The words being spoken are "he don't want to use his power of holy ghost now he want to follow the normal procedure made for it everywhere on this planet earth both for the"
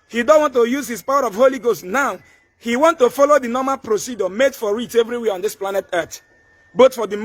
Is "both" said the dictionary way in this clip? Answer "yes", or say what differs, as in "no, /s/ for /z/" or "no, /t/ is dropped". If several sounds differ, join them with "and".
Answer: no, /t/ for /θ/